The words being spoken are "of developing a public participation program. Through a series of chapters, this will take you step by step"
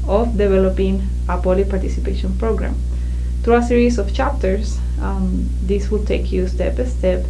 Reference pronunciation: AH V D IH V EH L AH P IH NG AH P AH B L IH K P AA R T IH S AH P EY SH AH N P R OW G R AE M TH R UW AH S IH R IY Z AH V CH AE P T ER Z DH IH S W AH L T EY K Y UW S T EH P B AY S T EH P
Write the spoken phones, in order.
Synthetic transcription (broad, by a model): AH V D IH V EH L AH P IH NG AH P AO L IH P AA R T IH S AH P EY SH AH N P R OW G R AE M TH R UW AH S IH R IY S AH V CH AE P T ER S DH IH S W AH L T EY K Y UW S T EH P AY S T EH P